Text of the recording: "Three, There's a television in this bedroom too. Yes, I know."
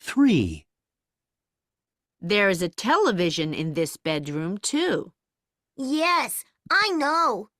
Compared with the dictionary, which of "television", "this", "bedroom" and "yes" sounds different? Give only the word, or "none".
none